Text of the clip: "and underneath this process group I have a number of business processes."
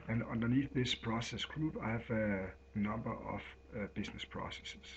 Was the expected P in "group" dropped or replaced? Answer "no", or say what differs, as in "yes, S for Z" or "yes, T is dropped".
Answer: yes, B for P